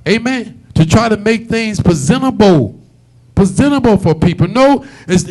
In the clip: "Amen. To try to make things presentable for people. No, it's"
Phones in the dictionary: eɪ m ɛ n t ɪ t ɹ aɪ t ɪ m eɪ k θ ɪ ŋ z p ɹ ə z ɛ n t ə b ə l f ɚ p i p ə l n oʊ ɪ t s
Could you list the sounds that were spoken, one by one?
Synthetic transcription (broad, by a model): eɪ m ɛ n t ɪ t ɹ aɪ t ɪ m eɪ k θ ɪ ŋ z p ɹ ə z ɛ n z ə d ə l f ɚ p i p l n oʊ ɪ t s